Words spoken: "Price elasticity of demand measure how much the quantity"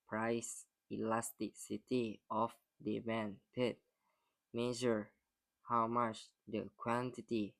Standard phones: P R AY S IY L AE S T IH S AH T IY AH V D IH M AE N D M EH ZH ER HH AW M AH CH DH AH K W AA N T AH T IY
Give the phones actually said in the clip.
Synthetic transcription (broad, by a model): P R AY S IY L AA S T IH S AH T IY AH F D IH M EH N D M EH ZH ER HH AW M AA CH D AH K W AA N T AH T IY